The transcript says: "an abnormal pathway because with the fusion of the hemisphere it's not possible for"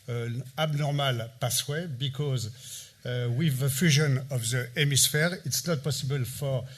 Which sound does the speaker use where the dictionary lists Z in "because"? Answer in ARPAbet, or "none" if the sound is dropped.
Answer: Z